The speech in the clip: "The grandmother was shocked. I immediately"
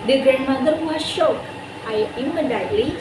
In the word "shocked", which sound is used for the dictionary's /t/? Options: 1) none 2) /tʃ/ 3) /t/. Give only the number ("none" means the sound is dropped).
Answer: 1